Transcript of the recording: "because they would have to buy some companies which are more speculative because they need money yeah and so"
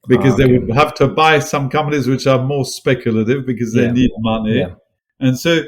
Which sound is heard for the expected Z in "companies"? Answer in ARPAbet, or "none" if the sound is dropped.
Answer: Z